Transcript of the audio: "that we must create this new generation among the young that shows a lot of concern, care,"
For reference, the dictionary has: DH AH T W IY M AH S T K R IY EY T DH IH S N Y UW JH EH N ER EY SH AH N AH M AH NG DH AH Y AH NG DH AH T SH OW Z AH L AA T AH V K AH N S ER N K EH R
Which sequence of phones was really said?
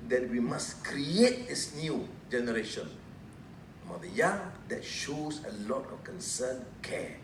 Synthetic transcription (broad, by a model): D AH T W IY M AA S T K R IY EY T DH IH S N Y UW JH EH N ER EY SH AH N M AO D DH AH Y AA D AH T SH OW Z AH L AA T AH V K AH N S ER N K EH